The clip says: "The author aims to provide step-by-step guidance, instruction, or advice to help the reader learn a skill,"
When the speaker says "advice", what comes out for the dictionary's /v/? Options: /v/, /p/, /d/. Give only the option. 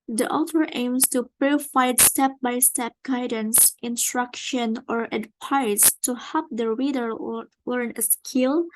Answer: /p/